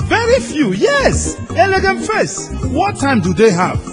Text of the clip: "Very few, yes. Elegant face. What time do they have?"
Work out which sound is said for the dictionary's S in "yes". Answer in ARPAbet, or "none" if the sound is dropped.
S